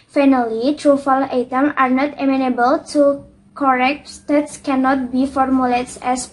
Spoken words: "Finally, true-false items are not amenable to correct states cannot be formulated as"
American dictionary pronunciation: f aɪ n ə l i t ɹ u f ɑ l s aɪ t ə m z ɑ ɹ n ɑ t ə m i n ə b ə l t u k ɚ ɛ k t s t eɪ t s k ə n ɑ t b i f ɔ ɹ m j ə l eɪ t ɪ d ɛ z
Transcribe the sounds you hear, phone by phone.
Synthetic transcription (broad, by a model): f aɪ n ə l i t ɹ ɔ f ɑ l aɪ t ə m ɑ ɹ n ɑ t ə m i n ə b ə l t u k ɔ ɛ k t s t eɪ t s k ə n ɑ t b i f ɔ ɹ m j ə l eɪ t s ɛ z